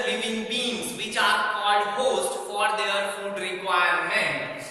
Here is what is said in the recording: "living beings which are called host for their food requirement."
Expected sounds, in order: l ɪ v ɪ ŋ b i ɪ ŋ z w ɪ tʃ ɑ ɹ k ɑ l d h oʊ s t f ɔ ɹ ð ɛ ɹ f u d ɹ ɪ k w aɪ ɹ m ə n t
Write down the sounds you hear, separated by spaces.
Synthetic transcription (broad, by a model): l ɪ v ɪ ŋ b i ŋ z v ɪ tʃ ɑ ɹ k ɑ d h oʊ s t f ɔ ɹ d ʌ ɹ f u d ɹ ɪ k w aɪ ɹ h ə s